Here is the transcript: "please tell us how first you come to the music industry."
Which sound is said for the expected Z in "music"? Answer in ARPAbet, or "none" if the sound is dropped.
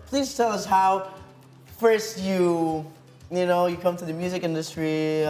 Z